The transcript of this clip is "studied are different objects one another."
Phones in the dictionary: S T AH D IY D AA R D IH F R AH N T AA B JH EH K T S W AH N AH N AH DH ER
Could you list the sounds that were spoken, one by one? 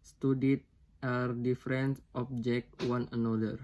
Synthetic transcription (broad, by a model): S T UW D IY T AA R D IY F R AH N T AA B JH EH K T W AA N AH N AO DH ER